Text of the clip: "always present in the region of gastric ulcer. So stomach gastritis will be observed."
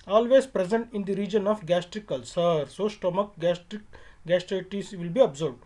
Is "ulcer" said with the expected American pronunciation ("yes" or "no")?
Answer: yes